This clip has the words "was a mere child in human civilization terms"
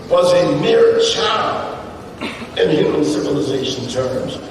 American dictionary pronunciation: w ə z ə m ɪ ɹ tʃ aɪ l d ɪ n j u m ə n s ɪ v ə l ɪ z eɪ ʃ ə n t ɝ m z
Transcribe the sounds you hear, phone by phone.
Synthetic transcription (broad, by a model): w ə z ə m ɪ ɹ tʃ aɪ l ɪ n j u m ə n s ɪ v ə l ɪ z eɪ ʃ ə n t ɝ m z